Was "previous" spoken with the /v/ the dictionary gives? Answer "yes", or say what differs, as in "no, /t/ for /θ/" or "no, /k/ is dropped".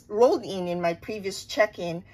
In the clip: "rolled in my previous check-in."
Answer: yes